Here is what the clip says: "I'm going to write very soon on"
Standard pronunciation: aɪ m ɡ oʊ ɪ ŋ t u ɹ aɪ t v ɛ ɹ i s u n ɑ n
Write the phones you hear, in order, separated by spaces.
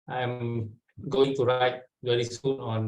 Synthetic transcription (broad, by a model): aɪ m ɡ oʊ ɪ ŋ t u ɹ aɪ t w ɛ l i s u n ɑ n